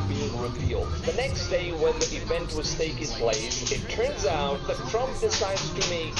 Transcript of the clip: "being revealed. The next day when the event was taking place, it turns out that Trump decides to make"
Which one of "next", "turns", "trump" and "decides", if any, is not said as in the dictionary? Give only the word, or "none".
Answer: none